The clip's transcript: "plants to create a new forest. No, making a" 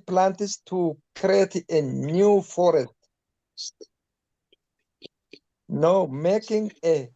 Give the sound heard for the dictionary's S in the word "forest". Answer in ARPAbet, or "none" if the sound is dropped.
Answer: none